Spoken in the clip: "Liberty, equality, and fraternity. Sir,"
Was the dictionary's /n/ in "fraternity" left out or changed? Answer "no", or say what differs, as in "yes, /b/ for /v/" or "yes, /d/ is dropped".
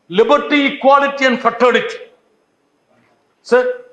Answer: yes, /n/ is dropped